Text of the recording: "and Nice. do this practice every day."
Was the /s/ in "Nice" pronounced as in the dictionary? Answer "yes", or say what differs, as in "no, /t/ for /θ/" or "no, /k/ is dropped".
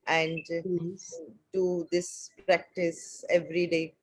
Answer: no, /s/ is dropped